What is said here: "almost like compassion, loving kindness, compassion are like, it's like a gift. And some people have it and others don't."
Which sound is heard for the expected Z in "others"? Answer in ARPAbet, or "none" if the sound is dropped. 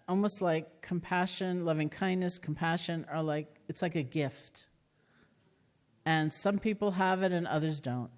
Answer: Z